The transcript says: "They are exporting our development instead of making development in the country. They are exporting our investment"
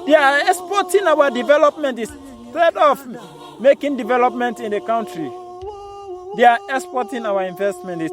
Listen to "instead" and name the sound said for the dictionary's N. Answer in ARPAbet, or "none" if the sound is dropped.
none